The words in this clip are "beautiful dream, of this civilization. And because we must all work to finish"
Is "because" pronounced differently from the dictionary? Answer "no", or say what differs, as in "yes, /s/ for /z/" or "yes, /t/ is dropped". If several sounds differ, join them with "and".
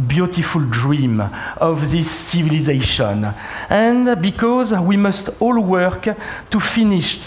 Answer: no